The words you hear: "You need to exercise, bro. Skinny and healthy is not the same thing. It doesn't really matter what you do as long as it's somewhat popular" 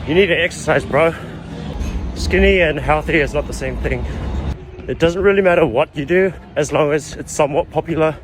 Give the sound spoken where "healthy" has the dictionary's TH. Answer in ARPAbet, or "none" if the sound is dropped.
TH